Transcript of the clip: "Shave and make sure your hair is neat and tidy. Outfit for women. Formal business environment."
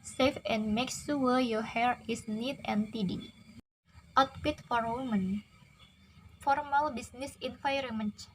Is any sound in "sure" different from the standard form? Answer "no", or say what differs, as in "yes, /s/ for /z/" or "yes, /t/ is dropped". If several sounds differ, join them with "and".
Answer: yes, /s/ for /ʃ/ and /w/ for /ɹ/